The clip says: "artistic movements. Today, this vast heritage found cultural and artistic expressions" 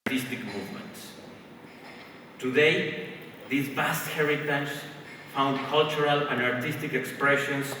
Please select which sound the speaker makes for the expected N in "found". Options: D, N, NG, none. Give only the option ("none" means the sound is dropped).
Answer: N